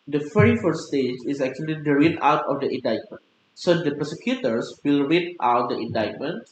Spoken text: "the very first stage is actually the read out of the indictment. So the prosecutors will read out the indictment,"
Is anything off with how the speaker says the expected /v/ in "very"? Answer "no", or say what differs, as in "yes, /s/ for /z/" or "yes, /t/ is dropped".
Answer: yes, /f/ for /v/